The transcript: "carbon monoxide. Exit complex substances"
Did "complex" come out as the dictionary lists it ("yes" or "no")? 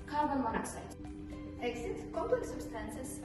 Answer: no